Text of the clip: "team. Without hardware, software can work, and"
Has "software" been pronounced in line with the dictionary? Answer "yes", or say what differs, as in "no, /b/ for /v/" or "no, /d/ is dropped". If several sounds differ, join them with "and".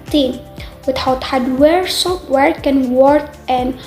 no, /p/ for /f/